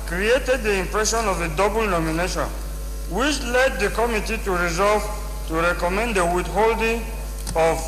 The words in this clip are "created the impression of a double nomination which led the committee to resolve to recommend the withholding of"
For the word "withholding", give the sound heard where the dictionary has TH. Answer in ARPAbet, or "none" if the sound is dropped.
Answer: T